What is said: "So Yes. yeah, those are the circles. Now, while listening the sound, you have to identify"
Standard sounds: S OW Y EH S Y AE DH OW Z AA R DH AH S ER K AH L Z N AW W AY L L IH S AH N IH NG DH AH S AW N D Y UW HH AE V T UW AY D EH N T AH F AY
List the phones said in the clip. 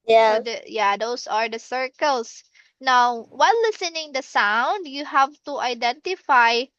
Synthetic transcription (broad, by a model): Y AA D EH Y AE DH OW S AA R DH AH S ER K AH L S N AW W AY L L IH S AH N IH NG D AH S AW N D Y UW HH AE V T UW AY D EH N T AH F AY